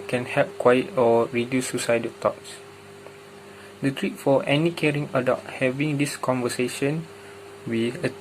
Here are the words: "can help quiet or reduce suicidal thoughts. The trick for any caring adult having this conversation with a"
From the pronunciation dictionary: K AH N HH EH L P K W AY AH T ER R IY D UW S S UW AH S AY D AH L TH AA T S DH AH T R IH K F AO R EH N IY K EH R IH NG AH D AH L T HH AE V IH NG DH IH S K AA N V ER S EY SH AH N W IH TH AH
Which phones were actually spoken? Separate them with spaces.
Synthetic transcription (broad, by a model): K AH N HH EH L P K W AY AH T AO R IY D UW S S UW S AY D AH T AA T S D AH T R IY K F AO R EH N IY K EH R IH NG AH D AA T HH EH V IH NG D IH S K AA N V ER S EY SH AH N W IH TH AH